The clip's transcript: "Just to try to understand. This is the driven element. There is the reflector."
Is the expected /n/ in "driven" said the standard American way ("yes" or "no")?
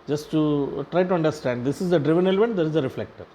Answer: yes